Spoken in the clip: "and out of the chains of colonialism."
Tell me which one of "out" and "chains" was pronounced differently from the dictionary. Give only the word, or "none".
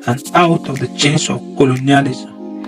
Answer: chains